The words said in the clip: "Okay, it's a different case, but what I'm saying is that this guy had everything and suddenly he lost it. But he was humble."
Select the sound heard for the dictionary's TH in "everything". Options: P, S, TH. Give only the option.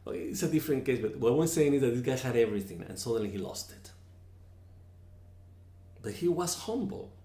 TH